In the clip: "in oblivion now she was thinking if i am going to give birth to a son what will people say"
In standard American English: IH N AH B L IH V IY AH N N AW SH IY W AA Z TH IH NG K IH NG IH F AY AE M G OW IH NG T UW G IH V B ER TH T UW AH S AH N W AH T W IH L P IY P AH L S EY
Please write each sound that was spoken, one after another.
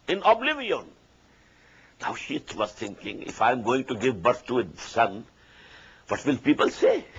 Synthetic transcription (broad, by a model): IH N AH B L IH V IY AH N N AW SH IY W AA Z T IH NG K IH NG IH F AY M G OW IH NG T UW G IH V B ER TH T UW AH S AH N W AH T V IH L P IY P AH L S EY